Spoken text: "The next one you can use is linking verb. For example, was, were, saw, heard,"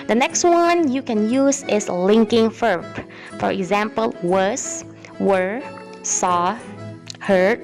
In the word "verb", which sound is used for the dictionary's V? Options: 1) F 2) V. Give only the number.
1